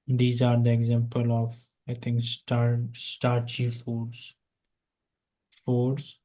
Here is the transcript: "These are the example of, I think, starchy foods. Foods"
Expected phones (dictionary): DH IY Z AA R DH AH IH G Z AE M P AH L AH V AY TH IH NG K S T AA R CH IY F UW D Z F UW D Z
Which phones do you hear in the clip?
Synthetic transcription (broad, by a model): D IY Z AA R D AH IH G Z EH M P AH L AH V AY T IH NG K S T AA R CH IY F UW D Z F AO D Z